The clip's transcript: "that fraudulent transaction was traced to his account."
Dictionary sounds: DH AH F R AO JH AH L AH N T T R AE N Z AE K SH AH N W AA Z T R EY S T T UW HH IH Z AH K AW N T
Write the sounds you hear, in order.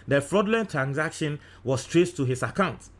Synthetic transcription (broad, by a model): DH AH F R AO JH L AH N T T R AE N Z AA K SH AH N W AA S T R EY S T T UW HH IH S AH K AW N T